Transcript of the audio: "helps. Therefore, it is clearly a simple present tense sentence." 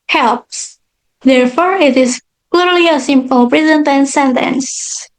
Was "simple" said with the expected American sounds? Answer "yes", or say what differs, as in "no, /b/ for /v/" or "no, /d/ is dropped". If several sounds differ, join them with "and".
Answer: yes